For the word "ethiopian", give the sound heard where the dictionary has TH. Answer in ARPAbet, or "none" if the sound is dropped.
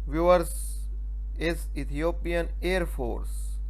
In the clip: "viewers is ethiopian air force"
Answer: T